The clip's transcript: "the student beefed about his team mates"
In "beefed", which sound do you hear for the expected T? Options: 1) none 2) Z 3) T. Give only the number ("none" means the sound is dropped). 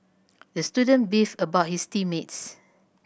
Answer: 1